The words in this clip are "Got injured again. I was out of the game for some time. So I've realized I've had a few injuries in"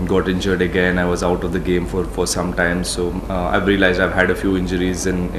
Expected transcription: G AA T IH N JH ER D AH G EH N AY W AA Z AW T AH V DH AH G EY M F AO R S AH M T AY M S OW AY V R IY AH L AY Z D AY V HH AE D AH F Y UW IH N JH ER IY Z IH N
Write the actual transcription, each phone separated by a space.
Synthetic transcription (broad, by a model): G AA T IH N JH ER D AH G EH N AY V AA Z AW T AH V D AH G EY M F AO R S AH M T AY M S OW AY V R IY AH L AY Z D AY V HH AE D AH F Y UW IH N JH ER IY Z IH N